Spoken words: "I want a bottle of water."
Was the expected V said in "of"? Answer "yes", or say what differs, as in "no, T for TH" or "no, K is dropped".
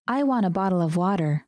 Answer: yes